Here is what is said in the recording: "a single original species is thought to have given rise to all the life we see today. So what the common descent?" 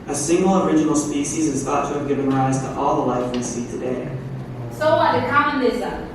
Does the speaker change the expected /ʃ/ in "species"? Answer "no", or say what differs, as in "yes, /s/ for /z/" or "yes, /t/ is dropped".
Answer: no